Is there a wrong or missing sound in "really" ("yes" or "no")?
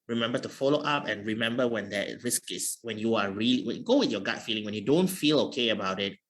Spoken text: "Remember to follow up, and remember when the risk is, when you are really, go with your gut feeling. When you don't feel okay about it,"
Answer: yes